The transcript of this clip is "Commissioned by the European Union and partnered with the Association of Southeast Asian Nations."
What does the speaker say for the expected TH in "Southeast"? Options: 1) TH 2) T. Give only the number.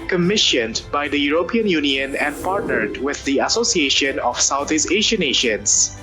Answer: 2